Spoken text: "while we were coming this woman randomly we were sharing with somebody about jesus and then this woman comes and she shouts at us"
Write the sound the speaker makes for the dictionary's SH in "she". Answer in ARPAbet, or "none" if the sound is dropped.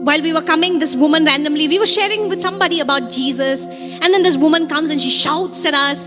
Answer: SH